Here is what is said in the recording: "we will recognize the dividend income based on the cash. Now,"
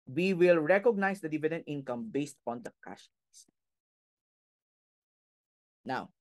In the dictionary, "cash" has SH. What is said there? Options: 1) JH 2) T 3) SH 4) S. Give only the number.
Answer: 4